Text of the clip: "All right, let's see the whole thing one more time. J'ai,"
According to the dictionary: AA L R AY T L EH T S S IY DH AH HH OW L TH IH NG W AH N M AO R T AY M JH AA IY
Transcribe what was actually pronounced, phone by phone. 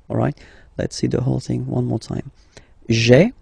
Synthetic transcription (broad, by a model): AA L R AY T L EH T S S IY DH AH HH OW L TH IH NG W AH N M AO R T AY M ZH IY